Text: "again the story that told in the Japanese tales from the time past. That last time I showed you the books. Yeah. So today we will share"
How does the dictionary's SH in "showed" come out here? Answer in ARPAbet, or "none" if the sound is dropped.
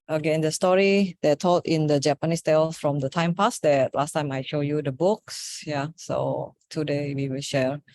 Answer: SH